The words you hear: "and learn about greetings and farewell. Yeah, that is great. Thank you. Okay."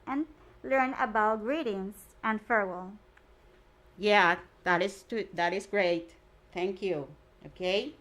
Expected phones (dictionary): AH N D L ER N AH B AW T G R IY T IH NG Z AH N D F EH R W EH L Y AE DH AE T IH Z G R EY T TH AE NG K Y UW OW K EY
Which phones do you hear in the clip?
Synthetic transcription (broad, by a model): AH N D L ER N AH B AW T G R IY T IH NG S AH N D F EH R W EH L Y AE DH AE T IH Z G R EY T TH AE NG K Y UW OW K EY